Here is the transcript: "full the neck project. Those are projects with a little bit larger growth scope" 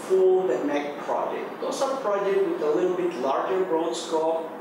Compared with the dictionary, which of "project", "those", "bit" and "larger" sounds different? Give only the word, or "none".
those